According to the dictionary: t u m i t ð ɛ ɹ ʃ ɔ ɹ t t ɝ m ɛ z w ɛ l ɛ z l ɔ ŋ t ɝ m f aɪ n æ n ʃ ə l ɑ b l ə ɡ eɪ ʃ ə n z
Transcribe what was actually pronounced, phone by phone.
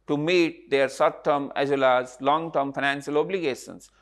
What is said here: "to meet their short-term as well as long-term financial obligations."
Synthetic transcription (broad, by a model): t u m i t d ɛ ɹ s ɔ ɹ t t ɝ m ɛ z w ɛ l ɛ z l ɔ ŋ t ɝ m f aɪ n æ n ʃ ə l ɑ b l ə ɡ eɪ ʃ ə n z